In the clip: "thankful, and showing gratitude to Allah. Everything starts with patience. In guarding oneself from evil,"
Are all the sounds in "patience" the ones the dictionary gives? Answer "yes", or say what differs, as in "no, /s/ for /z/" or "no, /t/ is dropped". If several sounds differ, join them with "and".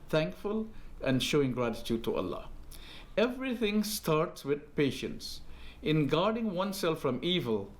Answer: yes